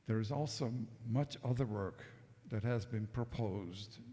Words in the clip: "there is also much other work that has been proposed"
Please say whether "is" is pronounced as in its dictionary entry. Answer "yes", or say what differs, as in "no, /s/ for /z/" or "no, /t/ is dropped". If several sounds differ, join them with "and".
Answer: yes